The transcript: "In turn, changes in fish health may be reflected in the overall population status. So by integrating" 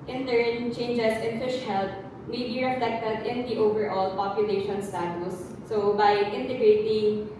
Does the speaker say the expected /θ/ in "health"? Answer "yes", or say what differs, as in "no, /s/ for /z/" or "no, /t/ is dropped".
no, /t/ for /θ/